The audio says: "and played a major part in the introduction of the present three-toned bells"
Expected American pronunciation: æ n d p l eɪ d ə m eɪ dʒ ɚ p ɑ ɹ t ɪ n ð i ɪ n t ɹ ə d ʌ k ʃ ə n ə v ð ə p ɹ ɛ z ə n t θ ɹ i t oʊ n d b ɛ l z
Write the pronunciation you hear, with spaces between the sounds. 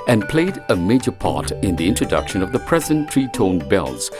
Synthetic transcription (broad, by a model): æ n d p l eɪ d ə m eɪ dʒ ɚ p ɑ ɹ t ɪ n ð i ɪ n t ɹ ə d ʌ k ʃ ə n ə v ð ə p ɹ ɛ z ə n t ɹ i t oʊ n b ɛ l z